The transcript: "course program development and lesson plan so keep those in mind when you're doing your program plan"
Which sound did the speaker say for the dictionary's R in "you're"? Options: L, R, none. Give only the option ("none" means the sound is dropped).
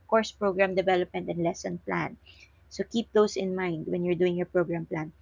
R